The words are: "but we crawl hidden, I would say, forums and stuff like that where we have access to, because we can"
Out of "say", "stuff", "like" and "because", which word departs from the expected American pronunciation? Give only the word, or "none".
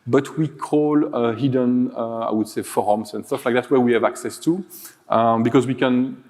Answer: none